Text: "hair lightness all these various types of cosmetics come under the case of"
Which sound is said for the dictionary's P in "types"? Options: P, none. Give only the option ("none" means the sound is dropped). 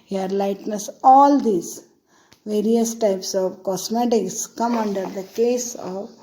P